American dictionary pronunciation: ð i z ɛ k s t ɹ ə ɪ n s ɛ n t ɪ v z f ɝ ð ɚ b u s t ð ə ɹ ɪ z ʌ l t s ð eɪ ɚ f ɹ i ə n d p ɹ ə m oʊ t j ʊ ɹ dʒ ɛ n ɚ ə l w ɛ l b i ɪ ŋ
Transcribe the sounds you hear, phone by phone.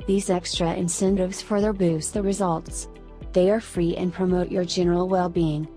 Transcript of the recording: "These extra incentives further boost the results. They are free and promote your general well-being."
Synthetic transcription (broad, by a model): ð i z ɛ k s t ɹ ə ɪ n s ɛ n t ɪ v z f ɝ ð ɚ b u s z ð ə ɹ ɪ z ʌ l t s ð eɪ ɚ f ɹ i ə n p ɹ ə m oʊ t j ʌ ɹ dʒ ɛ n ɚ l w ɛ l b i ɪ ŋ